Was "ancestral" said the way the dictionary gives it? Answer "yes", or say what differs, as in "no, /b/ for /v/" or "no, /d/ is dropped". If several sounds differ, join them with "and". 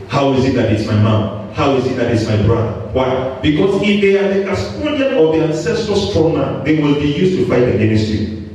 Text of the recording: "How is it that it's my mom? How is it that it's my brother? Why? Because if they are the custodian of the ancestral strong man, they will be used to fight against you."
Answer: no, /ɹ/ is dropped